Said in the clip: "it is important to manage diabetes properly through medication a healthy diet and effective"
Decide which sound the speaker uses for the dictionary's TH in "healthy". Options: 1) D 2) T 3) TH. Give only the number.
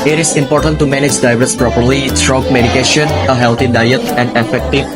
2